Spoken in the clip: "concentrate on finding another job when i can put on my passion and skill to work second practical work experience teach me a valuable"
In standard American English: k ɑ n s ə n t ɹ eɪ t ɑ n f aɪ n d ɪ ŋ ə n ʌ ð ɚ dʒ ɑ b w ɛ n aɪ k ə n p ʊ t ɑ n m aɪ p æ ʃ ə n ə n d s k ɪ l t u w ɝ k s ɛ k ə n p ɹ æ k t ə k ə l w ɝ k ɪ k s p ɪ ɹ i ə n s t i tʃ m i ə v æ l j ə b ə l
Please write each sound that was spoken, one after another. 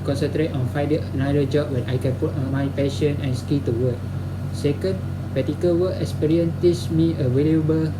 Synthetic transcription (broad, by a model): k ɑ n s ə n t ɹ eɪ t ɑ n f aɪ d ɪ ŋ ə n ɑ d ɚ dʒ ɑ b w ɛ n aɪ k ə n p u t ɑ n m aɪ p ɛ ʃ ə n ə n s k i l t u w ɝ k s ɛ k ə n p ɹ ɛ t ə k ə l w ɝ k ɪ k s p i ɹ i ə n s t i s m i ə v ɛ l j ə b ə l